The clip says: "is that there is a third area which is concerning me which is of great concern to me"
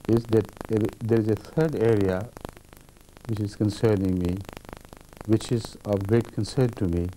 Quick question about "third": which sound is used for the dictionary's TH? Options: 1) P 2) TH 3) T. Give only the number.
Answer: 3